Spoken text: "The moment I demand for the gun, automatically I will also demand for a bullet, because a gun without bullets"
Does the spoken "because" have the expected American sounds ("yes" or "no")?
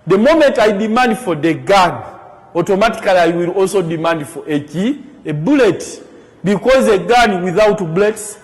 yes